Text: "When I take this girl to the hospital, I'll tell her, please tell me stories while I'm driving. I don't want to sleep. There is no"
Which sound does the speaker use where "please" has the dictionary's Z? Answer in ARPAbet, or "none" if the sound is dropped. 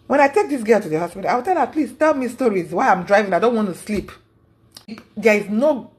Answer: S